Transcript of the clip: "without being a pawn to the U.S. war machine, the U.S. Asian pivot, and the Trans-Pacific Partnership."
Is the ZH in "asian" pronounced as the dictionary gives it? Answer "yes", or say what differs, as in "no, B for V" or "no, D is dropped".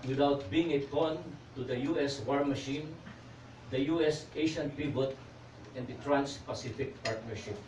no, SH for ZH